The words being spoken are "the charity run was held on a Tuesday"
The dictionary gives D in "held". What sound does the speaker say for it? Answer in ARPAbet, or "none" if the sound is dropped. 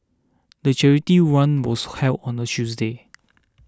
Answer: none